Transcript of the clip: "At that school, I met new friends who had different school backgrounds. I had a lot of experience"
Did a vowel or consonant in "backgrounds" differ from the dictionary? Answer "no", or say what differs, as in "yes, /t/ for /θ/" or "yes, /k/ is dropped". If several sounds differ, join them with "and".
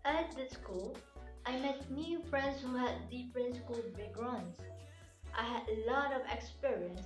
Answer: yes, /k/ is dropped